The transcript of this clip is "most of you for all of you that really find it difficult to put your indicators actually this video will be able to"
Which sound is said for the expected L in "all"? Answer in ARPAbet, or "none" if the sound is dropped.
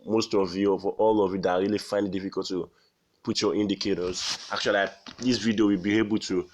L